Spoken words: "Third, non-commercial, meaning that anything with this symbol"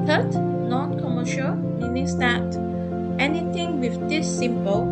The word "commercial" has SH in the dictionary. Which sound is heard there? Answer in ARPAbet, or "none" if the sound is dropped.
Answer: SH